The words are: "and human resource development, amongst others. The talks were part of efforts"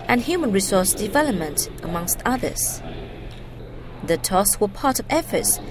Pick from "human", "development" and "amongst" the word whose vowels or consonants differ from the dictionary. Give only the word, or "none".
none